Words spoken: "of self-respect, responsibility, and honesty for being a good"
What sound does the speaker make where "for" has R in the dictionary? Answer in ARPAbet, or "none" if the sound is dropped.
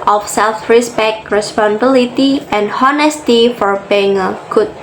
R